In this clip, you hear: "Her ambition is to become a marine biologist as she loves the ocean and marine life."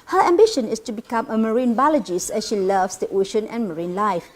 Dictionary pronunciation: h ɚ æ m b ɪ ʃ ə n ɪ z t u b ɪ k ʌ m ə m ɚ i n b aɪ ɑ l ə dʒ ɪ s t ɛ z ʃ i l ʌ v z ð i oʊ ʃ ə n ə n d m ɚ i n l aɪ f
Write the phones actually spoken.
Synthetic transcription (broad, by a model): h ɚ æ m b ɪ ʃ ə n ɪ s t u b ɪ k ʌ m ə m ɚ i n b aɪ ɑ l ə dʒ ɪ s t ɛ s ʃ i l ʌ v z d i oʊ ʃ ə n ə n m ɚ i n l aɪ f